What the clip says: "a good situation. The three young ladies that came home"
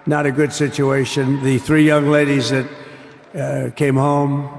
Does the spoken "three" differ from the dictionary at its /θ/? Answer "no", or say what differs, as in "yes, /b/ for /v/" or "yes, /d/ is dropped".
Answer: no